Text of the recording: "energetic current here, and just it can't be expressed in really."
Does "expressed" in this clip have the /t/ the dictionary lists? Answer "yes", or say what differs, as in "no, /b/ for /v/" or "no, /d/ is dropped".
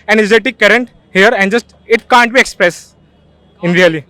no, /t/ is dropped